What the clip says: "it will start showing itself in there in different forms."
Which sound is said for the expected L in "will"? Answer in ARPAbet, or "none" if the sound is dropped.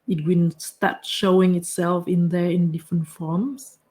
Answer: N